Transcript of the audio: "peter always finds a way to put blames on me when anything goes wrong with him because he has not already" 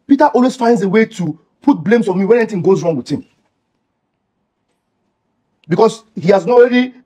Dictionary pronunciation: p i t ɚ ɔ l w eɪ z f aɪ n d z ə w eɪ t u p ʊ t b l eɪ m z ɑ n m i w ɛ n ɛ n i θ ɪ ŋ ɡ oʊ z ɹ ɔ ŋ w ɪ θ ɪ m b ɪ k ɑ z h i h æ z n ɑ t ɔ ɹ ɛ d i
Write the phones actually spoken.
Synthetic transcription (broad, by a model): p i t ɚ ɔ l w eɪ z f aɪ n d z ə w eɪ t u p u t b l eɪ m s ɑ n m i w ɛ n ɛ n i t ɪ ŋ ɡ oʊ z ɹ ɔ ŋ w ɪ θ ɪ m b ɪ k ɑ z h i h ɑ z n ɔ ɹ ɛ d i